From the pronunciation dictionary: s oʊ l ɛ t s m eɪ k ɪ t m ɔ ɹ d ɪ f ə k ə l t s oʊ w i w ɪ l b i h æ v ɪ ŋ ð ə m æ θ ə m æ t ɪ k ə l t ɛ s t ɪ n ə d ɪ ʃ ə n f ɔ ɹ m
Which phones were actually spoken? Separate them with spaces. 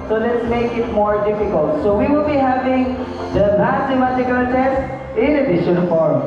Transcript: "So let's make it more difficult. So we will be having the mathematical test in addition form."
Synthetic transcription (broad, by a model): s oʊ l ɛ t s m eɪ k ɪ t m ɔ ɹ d ɪ f ə k ə l t s oʊ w i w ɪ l b i h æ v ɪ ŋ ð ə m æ s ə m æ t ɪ k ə l t ɛ s t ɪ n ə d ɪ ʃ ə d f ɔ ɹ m